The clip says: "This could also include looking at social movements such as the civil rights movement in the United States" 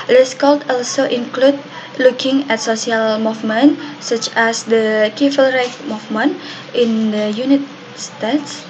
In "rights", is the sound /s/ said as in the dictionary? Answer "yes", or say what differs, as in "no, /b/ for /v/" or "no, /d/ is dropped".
no, /s/ is dropped